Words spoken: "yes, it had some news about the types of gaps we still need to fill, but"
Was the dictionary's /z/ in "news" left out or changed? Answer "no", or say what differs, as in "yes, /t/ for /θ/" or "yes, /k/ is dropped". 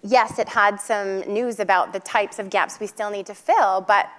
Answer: no